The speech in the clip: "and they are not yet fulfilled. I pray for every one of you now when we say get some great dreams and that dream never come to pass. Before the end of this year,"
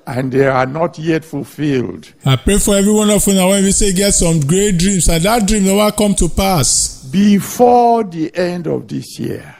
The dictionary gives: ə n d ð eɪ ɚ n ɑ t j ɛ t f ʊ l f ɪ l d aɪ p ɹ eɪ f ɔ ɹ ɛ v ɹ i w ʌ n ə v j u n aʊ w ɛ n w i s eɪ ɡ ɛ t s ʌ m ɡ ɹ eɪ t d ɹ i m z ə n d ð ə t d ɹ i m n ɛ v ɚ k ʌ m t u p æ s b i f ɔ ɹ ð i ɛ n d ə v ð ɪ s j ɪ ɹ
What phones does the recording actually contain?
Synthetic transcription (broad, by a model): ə n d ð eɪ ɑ n ɑ t j ɛ t f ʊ l f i l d aɪ p ɹ eɪ f ɔ ɹ ɛ v ɹ i w ʌ n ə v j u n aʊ w ɛ n w i s eɪ ɡ ɛ t s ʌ m ɡ ɹ eɪ t d ɹ i m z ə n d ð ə t d ɹ i m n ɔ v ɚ k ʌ m t u p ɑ s b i f ɔ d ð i ɛ n d ə v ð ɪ s j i